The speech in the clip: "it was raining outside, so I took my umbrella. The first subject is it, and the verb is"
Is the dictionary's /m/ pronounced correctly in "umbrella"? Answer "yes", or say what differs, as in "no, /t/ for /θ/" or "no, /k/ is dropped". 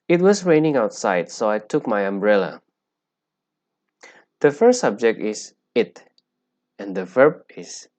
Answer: yes